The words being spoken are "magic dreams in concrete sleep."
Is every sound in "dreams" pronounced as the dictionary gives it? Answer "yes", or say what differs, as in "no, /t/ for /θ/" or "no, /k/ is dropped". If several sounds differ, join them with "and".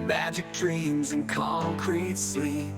yes